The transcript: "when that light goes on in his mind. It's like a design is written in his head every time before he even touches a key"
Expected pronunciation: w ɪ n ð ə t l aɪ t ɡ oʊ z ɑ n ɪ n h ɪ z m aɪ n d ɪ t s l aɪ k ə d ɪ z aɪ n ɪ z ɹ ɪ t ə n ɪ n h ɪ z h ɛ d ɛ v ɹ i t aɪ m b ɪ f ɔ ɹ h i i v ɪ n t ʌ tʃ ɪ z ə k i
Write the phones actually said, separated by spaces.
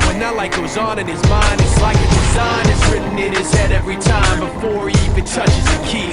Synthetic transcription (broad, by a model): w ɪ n ð ə t l aɪ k ɡ oʊ z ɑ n ɪ n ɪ z m aɪ n d ɪ t s l aɪ k ə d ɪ z aɪ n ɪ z ɹ ɪ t n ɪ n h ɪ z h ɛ d ɛ v ɹ i t aɪ m b ɪ f ɔ ɹ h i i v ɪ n t ʌ tʃ ɪ z ə k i